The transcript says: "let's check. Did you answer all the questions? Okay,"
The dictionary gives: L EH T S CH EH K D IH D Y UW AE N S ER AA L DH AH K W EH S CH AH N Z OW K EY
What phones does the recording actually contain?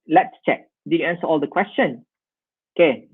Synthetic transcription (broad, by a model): L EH T S CH EH K D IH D Y UW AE N S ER AA L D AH K W EH S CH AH N OW K EY